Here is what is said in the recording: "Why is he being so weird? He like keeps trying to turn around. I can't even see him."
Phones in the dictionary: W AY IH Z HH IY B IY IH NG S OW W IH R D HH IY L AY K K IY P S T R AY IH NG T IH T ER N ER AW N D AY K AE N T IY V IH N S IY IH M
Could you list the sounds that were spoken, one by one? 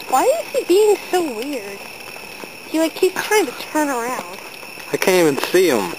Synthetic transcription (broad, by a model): W AY IH Z HH IY B IY IH NG S OW W IH R D HH IY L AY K K IY P T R AY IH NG T IH T ER N ER AW N D AY K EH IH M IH N S IY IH M